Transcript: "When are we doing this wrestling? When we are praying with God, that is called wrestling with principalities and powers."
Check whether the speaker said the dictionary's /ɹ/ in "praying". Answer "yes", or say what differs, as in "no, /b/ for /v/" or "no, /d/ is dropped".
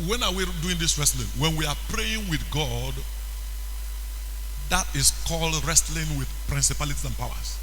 yes